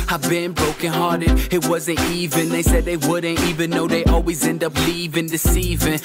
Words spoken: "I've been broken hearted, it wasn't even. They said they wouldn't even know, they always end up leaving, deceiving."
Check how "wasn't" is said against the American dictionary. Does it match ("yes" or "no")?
yes